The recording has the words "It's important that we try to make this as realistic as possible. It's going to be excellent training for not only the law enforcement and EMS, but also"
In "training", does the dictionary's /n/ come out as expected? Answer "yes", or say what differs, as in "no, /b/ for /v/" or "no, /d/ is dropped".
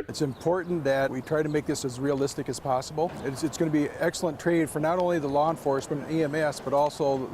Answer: no, /n/ is dropped